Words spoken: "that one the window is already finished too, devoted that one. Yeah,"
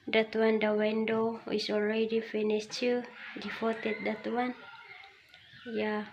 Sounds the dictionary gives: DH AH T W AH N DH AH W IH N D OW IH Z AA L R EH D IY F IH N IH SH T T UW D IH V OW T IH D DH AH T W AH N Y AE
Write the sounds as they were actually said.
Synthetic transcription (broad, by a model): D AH T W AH N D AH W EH N D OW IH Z AA L R EH D IY F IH N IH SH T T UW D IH F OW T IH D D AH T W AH N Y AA